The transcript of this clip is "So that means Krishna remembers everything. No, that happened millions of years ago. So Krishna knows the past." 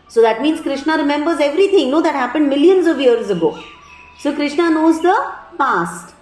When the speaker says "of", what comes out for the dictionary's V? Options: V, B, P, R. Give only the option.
V